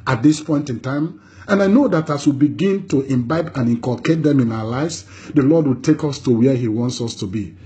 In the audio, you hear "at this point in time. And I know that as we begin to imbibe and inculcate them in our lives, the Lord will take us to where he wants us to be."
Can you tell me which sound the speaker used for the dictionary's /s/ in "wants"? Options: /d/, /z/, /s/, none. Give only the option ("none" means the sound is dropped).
/s/